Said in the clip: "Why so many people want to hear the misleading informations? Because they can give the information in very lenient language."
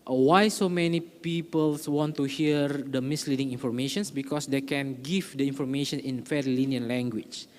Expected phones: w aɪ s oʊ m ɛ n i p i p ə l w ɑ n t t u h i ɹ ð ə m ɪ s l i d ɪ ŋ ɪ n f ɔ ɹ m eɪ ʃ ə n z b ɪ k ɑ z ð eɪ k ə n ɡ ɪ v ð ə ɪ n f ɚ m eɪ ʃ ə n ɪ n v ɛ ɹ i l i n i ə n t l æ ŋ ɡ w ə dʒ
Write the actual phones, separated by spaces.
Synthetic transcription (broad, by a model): w aɪ s oʊ m ɛ n i p i p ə l w ɑ n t t u h i ɹ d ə m ɪ s l i d ɪ ŋ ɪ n f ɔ ɹ m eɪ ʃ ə n s b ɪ k ɑ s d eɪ k ə n ɡ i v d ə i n f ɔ m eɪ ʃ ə n ɪ n f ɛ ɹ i l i n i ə n l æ ŋ ɡ w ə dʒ